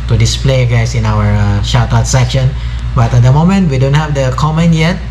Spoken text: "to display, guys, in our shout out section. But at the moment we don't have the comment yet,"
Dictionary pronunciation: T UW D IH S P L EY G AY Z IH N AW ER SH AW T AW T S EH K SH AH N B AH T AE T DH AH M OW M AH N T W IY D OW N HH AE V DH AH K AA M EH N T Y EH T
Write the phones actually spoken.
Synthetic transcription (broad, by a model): T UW D IH S P L EY G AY S IH N AW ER SH AW T AW T S EH K SH AH N B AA T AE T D AH M OW M AH N T W IY D OW N HH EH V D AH K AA M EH N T Y EH T